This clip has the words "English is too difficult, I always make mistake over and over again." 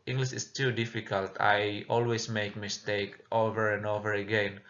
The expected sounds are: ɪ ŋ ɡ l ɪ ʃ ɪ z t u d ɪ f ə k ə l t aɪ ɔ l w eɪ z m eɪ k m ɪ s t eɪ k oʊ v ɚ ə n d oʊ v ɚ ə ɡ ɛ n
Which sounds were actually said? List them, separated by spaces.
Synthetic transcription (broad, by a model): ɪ ŋ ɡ l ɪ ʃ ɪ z t u d ɪ f ə k ə l t aɪ ɔ l w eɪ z m eɪ k m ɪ s t eɪ k oʊ v ɚ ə n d oʊ v ɚ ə ɡ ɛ n